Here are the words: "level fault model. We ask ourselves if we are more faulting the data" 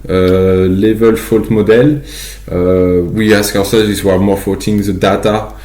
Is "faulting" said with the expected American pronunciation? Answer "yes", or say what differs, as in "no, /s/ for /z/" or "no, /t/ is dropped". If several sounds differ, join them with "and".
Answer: no, /l/ is dropped